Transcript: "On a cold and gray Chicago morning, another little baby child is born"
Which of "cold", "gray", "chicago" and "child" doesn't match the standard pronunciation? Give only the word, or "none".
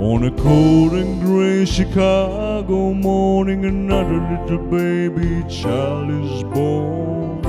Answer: cold